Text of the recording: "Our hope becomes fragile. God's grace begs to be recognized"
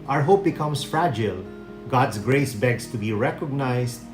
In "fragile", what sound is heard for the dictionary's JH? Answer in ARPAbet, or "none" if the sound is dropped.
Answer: JH